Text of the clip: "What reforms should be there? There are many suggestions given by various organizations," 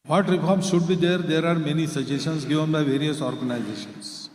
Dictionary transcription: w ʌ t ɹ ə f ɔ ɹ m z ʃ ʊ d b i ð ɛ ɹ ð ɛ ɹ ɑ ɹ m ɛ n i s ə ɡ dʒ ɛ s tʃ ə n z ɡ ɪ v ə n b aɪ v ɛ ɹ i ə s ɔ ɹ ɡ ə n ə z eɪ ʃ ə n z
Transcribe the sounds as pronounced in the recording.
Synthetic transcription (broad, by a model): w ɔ t ɹ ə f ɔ ɹ m ʃ ʊ d b i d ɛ ɹ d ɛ ɹ ɑ ɹ m ɛ n i s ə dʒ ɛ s ə n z ɡ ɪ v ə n b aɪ v ɛ ɹ i ə s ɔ ɹ ɡ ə n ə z eɪ ʃ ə n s